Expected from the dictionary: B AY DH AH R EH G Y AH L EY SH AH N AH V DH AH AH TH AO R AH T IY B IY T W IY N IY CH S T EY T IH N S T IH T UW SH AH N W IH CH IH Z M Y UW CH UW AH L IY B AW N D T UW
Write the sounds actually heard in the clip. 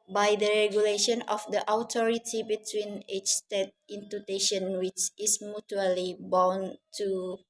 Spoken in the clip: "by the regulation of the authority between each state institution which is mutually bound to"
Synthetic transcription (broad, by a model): B AY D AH R EH G Y AH L EY SH AH N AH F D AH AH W AO R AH T IY B IY T W IY N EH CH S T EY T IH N T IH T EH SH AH N W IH CH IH S M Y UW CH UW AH L IY B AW N T UW